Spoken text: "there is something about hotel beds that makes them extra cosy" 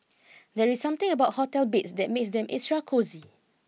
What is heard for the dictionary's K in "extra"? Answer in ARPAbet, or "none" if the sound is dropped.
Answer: none